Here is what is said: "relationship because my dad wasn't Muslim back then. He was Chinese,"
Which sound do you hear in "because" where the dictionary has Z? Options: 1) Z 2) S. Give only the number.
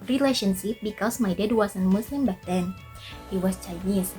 2